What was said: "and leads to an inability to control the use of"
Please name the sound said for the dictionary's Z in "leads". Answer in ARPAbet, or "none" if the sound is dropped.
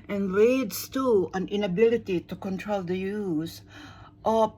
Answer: S